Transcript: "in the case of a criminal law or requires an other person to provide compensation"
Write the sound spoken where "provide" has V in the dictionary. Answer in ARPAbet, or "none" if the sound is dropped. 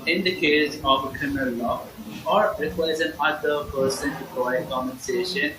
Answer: none